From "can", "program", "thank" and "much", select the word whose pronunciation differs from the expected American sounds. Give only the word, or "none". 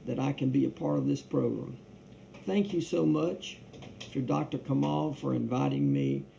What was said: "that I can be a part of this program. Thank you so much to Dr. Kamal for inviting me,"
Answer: none